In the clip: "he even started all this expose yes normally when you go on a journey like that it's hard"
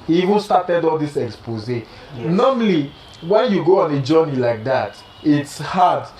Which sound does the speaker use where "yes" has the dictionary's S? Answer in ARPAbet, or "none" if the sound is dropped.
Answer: none